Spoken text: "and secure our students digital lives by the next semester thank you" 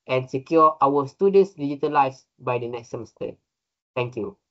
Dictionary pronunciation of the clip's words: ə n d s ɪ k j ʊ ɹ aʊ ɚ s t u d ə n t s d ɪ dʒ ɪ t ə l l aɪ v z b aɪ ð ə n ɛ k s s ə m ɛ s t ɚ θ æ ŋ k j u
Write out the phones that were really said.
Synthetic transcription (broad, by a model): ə n s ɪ k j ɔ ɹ aʊ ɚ s t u d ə n s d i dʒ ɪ t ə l l aɪ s b aɪ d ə n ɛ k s s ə m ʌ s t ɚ t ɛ ŋ k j u